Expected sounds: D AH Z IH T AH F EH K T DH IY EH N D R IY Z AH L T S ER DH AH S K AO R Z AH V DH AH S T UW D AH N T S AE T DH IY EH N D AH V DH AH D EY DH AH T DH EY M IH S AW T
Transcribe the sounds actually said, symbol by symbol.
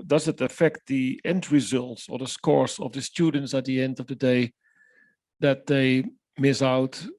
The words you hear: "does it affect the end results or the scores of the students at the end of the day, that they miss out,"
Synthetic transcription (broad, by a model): D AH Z IH T AH F EH K T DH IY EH N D R IY Z AH L T S ER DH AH S K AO R S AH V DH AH S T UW D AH N T S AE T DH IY EH N D AH V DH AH D EY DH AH T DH EY M IH S AW T